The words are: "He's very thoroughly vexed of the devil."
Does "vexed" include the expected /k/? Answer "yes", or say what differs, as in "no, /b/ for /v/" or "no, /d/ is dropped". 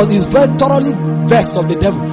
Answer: yes